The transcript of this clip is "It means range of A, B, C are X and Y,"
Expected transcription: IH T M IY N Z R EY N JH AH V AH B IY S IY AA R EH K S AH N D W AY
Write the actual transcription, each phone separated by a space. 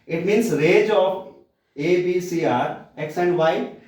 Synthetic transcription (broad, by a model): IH T M IY N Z R EY JH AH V AH B IY S IY AA R EH K S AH N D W AY